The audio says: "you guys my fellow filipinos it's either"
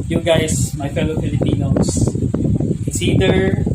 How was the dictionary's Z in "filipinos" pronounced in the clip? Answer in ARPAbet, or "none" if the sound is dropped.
none